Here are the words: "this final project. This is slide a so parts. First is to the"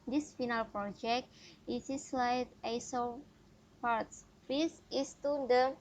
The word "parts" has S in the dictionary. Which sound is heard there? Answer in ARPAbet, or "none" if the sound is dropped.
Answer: S